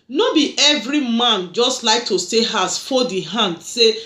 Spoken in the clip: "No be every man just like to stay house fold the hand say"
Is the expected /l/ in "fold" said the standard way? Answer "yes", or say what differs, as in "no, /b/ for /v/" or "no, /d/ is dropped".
no, /l/ is dropped